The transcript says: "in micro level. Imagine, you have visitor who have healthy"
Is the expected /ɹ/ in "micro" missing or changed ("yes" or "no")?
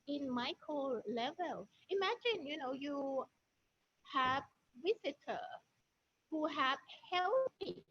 yes